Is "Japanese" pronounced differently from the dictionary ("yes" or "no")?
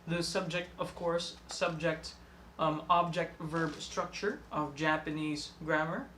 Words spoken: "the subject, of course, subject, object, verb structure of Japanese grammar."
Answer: no